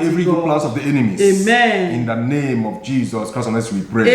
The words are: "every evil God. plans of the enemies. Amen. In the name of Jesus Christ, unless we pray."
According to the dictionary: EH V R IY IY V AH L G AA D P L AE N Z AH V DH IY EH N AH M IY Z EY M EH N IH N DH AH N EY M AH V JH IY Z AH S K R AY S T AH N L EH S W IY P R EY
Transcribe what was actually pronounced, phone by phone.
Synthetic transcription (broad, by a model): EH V R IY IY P L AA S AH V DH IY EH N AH M IY EY M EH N IH N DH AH N EY M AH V JH IY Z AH S K R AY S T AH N EH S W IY P R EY